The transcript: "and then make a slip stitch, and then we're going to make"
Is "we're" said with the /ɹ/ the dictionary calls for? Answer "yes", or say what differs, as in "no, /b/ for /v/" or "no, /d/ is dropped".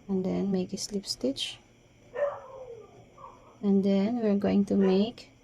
yes